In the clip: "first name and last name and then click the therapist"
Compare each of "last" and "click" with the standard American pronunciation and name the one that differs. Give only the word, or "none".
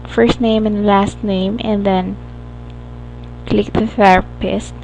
none